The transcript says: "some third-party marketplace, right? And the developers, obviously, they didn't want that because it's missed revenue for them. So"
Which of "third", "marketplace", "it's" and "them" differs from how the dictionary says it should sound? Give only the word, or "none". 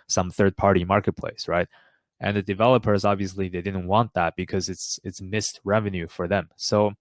none